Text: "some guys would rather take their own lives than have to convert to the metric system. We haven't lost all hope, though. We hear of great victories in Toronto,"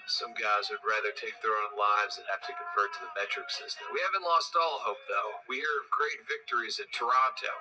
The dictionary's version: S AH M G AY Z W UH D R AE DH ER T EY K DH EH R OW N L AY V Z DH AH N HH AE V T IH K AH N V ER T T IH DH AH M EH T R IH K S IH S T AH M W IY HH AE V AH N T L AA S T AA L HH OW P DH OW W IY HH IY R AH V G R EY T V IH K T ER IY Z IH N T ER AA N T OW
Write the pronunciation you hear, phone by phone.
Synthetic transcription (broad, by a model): S AH M G AY Z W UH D R AE DH ER T EY K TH R OW N L AY V Z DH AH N HH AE F T IH K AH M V ER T T IH DH AH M EH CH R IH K S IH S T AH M W IY HH AE V AH N T L AA S T AA L HH OW P DH OW W IY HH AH R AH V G R EY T V IH K T ER IY Z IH T ER AA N T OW